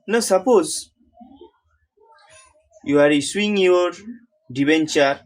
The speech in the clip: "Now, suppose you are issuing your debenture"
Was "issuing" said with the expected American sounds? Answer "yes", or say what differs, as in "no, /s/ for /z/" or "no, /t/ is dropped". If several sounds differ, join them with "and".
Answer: no, /s/ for /ʃ/